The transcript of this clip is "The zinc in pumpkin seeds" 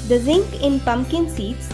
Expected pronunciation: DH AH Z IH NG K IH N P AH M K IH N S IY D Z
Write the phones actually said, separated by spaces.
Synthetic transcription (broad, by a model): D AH Z IH NG K IH N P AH M K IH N S IY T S